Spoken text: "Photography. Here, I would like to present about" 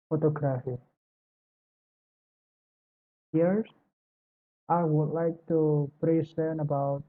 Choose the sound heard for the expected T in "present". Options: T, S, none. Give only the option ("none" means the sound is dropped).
none